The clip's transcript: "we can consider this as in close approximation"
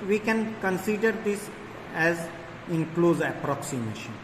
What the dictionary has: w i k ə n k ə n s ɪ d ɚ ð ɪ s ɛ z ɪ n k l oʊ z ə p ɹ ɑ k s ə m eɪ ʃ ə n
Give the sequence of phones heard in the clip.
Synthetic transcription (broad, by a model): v i k ə n k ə n s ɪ d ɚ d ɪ s ɛ z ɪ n k l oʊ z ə p ɹ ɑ k s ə m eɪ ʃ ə n